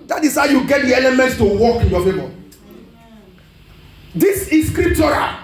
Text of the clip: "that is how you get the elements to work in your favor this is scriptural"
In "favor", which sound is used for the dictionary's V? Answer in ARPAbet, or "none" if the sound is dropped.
B